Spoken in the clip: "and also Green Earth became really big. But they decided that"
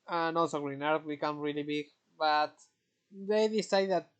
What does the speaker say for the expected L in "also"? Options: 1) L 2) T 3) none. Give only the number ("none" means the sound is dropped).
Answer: 3